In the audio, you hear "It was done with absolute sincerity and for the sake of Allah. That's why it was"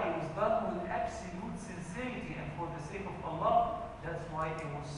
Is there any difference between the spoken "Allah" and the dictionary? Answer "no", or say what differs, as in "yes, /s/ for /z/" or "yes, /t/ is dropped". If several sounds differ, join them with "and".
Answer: no